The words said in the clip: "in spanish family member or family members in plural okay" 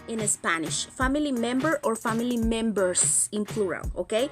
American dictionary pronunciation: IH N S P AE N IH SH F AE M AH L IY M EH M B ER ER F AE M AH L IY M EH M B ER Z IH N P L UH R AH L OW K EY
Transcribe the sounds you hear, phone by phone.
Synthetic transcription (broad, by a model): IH N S P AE N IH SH F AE M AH L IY M EH M B ER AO F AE M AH L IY M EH M B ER S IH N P L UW R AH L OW K EY